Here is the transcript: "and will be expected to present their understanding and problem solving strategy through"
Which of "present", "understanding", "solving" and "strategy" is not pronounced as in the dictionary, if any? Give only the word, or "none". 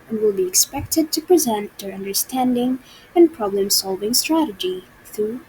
none